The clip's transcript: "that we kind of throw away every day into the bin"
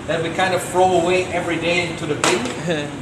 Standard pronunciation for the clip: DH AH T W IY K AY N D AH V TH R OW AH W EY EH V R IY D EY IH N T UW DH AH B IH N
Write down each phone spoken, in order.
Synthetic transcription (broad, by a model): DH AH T W IY K AY N D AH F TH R OW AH W EY EH V R IY D EY IH N T UW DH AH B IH